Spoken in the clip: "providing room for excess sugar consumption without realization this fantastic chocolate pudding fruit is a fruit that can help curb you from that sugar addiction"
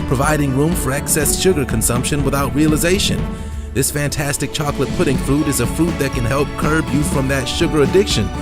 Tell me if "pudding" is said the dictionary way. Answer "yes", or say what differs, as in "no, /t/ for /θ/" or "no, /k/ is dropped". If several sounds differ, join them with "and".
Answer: yes